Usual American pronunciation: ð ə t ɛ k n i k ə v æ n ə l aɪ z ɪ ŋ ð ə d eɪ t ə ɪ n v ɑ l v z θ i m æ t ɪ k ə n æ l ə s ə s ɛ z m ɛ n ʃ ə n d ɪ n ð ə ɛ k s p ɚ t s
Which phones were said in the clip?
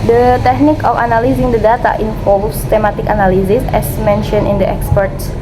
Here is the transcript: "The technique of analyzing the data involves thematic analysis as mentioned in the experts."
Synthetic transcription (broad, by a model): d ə t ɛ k n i k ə f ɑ n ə l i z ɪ ŋ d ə d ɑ t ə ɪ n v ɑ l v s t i m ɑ t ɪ k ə n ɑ l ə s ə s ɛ s m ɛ n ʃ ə n ɪ n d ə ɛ k s p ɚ t s